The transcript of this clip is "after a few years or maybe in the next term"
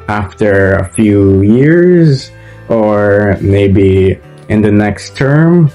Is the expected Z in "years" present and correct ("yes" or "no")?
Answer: yes